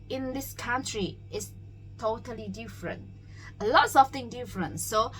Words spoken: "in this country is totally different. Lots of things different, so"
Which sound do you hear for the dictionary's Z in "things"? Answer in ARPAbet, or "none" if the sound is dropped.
none